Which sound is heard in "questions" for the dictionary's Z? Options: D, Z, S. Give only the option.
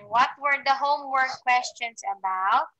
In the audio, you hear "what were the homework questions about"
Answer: S